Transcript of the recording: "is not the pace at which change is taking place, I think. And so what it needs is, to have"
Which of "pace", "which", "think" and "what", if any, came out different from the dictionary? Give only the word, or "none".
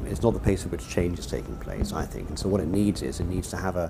none